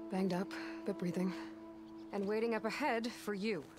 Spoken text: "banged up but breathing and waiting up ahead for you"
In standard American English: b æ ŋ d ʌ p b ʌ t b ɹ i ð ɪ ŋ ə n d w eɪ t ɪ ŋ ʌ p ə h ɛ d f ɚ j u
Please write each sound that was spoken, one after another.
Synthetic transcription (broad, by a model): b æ ŋ d ʌ p b ʌ t b ɹ i ð ɪ ŋ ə n w eɪ t ɪ ŋ ʌ p ə h ɛ d f ɚ j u